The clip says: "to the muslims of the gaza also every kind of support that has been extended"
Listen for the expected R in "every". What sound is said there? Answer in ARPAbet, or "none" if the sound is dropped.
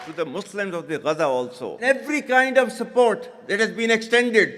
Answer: R